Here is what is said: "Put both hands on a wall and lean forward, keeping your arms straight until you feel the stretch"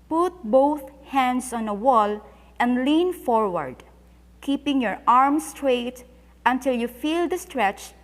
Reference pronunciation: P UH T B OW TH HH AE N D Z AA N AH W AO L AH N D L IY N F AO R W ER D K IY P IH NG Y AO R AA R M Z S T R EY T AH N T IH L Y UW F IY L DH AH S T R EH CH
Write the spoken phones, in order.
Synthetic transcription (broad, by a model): P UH T B OW TH HH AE N D S AA N AH W AO L AH N D L IY N F AO R W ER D K IY P IH NG Y AO R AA R M S T R EY T AH N T IH L Y UW F IY L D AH S T R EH CH